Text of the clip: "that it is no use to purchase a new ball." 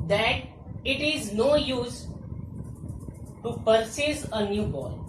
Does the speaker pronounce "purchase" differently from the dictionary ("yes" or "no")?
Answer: yes